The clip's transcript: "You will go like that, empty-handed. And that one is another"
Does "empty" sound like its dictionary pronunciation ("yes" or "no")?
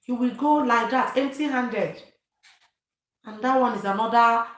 no